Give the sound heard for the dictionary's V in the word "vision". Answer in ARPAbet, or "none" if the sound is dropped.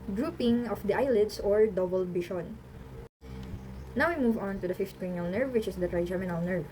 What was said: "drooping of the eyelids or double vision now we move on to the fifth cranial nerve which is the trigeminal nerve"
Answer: B